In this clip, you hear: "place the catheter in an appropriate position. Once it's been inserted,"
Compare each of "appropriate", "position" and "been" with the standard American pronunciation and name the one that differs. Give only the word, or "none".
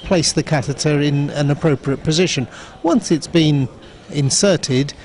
none